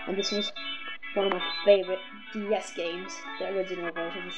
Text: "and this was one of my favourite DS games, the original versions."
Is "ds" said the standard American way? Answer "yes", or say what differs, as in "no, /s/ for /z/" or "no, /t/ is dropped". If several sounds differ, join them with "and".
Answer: yes